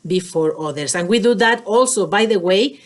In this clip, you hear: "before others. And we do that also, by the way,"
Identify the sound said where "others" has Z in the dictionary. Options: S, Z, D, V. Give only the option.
S